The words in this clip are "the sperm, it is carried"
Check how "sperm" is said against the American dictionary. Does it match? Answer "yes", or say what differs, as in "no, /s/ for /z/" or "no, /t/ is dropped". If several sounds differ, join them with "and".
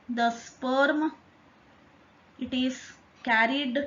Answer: yes